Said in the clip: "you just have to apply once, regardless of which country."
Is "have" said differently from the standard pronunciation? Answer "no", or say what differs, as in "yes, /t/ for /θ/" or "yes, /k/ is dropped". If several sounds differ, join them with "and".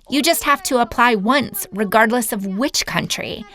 yes, /f/ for /v/